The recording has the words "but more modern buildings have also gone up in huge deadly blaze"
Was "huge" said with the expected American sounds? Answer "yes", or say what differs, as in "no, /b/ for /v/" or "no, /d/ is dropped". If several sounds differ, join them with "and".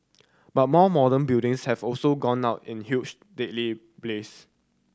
no, /tʃ/ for /dʒ/